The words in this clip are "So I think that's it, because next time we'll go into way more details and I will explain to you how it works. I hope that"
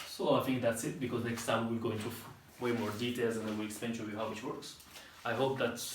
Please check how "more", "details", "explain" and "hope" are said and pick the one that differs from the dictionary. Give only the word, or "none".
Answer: explain